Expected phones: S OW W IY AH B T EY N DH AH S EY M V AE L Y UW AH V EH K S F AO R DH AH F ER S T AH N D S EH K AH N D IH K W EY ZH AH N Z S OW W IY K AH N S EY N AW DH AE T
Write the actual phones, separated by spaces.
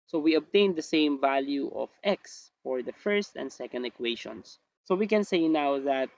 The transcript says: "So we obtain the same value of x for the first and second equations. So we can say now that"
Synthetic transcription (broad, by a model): S OW W IY AH B T EY N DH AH S EY M V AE L Y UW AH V EH K S F AO R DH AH F ER S T AH N D S EH K AH N D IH K W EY SH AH N S OW W IY K AH N S EY N AW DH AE T